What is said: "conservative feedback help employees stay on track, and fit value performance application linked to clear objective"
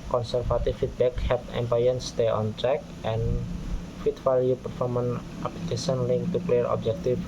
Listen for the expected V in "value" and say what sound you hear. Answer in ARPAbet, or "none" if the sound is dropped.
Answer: F